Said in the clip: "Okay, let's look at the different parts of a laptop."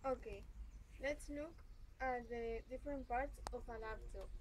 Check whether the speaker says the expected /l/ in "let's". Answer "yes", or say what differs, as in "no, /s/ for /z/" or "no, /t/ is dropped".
yes